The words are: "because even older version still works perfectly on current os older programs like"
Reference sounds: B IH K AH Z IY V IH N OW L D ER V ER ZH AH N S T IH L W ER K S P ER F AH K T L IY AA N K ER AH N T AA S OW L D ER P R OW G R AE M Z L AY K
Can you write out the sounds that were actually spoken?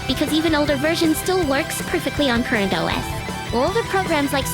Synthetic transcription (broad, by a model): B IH K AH Z IY V IH N OW L D ER V ER ZH AH N S T IH L W ER K S P ER F AH K T L IY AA N K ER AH N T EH S OW L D ER P R OW G R AE M Z L AY K